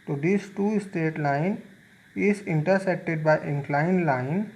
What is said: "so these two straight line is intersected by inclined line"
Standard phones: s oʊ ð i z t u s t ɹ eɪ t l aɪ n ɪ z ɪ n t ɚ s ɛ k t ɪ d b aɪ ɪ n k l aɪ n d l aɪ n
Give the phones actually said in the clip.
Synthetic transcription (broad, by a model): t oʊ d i s t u s t eɪ t l aɪ n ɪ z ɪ n t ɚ s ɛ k t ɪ d b aɪ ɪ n k l aɪ n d l aɪ n